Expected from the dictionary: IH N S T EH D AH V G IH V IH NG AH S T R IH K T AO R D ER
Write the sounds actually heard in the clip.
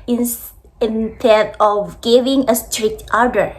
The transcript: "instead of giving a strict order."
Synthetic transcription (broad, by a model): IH N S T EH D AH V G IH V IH NG AH S T R IH K T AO R D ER